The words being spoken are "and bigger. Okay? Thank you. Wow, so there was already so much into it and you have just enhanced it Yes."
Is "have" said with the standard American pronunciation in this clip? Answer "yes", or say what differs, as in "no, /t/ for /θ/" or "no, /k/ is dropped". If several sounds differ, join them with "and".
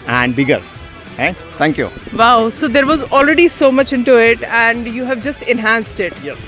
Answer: yes